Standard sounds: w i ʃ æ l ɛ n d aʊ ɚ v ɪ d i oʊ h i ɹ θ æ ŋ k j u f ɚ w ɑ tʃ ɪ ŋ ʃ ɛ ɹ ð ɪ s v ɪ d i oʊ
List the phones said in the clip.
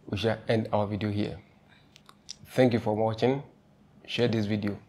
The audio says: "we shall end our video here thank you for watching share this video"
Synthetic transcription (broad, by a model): w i ʃ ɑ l ɛ n d aʊ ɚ v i d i oʊ h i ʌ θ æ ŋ k j u f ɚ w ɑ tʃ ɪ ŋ ʃ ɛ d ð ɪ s v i d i oʊ